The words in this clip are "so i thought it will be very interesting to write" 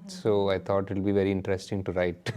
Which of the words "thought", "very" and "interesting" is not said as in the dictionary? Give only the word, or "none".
thought